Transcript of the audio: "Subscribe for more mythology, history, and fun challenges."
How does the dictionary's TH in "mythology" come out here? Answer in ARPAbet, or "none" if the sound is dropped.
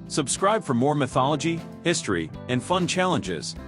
TH